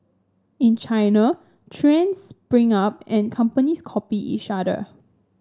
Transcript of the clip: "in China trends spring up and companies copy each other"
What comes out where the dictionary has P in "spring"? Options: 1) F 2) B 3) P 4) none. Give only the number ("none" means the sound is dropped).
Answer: 2